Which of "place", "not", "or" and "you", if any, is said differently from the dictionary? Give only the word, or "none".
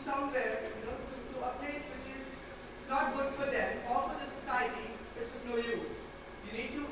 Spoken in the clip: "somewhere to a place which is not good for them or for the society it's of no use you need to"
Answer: or